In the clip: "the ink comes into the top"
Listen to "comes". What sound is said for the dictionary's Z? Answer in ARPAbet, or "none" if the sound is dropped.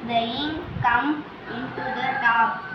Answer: none